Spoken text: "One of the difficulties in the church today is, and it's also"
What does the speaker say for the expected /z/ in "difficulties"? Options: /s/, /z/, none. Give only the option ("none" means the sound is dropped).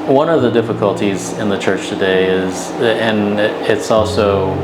/z/